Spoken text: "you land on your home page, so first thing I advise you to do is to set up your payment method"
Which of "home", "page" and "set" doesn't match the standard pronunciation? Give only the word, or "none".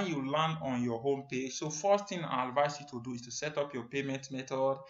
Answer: none